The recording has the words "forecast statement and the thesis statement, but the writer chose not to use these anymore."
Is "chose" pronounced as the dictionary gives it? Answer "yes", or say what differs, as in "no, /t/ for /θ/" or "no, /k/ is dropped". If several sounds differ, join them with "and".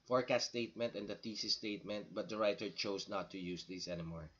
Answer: no, /s/ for /z/